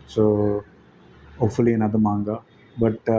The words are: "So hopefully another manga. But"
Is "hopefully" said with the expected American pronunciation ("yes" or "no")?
no